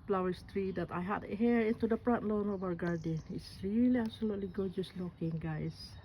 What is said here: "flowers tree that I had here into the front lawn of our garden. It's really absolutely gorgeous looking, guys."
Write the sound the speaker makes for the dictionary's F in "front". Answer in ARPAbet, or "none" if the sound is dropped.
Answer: P